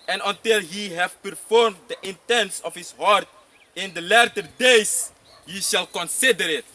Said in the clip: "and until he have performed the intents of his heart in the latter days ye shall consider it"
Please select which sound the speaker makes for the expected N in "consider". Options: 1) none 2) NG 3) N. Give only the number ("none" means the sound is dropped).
3